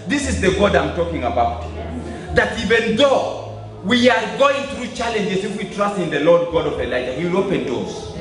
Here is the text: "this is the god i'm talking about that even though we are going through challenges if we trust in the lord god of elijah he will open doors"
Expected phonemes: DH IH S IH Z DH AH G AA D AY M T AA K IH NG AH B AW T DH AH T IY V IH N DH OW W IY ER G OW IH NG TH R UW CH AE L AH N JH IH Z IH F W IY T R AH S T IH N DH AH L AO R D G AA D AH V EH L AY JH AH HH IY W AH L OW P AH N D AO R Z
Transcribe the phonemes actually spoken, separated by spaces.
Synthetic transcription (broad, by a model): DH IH S IH Z DH AH G AA D AY M T AA K IH NG AH B AW T DH AH T IY V IH N DH OW W IY ER G OW IH NG TH R UW CH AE L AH N JH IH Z IH F W IY T R AH S T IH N DH AH L AO R D G AA D AH V EH L AY JH AH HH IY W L OW P AH N D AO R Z